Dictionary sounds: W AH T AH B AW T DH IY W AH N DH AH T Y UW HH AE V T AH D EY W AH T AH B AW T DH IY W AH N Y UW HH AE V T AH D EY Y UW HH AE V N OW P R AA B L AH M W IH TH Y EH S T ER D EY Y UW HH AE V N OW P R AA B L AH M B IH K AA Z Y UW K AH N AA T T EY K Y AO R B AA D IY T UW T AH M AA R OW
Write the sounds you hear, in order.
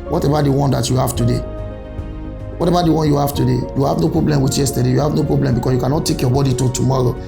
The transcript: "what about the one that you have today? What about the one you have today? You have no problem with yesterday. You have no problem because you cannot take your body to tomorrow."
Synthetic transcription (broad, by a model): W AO T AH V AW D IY W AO N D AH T Y UW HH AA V T AH D EY W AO T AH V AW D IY W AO N Y UW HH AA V T AH D EY Y UW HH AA V N OW P R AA B L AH M W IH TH Y EH S T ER D EY Y UW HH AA V N OW P R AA B L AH M B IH K AA S Y UW K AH N AA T T EY K Y AO B AA D IY T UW T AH M AA R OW